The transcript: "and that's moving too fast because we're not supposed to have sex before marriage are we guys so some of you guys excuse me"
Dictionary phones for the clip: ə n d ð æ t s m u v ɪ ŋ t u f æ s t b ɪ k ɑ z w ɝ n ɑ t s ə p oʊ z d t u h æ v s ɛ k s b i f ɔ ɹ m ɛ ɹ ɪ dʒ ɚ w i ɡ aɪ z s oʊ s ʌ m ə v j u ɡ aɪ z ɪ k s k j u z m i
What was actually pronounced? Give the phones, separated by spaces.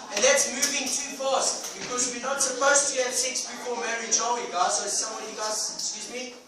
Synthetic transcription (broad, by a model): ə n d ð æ t s m u v ɪ ŋ t u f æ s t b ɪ k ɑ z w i n ɑ t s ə p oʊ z t u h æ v s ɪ k s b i p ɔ l m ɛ ɹ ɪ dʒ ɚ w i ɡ aɪ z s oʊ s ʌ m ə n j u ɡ aɪ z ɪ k s k j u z m i